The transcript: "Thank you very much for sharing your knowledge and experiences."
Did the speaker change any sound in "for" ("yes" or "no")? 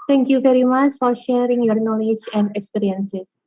no